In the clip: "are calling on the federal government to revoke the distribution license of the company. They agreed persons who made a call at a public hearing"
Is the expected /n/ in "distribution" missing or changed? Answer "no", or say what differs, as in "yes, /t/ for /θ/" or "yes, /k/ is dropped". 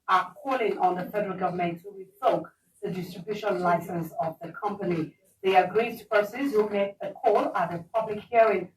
yes, /l/ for /n/